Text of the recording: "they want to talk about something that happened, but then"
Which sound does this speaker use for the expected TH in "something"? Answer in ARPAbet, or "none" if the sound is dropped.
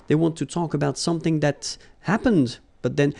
TH